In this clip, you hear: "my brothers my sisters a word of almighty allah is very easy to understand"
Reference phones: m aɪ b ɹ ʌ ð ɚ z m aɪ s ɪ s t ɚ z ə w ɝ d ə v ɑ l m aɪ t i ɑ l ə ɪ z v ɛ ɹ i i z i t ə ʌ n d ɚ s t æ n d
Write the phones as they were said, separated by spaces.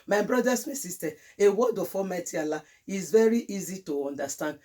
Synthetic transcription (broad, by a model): m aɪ b ɹ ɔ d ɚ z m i s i s t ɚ ə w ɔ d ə f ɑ m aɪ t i ɑ l ə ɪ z v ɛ ɹ i i z i t ə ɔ n d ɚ s t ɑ n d